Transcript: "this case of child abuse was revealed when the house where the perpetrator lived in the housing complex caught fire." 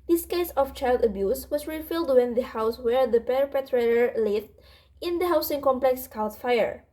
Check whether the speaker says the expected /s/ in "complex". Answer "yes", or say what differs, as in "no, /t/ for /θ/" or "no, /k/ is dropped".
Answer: yes